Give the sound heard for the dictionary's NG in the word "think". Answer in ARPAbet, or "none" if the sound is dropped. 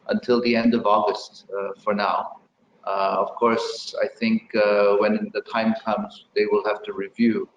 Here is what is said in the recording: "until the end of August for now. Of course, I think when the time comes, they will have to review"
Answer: NG